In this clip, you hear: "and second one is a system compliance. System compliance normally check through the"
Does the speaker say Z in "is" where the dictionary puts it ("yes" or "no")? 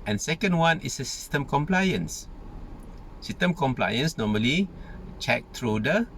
no